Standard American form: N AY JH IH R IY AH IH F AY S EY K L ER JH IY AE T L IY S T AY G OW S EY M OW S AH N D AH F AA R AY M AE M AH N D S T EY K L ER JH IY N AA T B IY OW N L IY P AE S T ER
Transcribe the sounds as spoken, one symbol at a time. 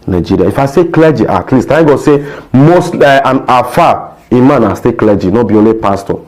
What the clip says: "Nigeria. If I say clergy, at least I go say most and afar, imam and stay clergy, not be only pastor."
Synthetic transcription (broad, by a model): N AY JH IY R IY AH IH F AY S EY K L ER JH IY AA T L IY S T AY G OW S EY M OW S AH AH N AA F AY M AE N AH S T EY K L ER JH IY N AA B IY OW L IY P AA S T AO